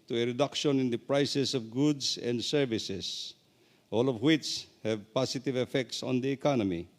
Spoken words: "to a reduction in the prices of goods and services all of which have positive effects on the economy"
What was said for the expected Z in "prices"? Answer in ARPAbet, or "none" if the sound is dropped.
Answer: S